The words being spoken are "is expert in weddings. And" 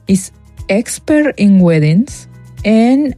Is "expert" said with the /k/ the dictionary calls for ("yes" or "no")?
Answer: yes